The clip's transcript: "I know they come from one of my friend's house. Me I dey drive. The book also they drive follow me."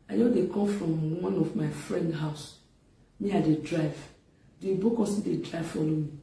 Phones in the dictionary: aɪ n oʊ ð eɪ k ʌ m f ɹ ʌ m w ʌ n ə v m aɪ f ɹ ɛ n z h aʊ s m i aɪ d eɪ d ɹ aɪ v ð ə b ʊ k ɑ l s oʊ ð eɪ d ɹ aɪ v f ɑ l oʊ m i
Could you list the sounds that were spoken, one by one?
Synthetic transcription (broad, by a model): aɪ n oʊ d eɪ k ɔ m f ɹ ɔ m w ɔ n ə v m aɪ f ɹ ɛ n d h aʊ s m i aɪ d eɪ d ɹ aɪ v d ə b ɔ k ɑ s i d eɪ d ɹ aɪ v f ɑ l oʊ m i